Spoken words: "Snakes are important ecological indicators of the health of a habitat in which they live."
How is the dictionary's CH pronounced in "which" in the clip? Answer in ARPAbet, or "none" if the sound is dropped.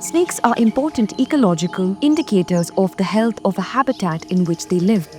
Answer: CH